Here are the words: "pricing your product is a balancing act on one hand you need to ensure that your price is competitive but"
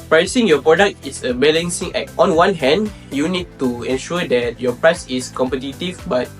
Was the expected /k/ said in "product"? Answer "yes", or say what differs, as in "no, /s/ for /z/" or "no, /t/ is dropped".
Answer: yes